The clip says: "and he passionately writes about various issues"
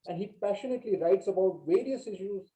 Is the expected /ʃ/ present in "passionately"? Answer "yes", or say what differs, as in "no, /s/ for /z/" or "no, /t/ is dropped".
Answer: yes